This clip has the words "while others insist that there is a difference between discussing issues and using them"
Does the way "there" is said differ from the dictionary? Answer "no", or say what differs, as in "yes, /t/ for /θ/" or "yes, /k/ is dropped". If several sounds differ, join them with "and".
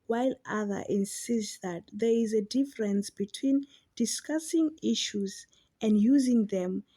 no